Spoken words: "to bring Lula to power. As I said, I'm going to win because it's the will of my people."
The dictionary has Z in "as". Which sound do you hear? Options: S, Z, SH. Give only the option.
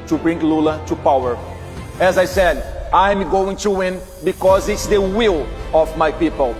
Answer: Z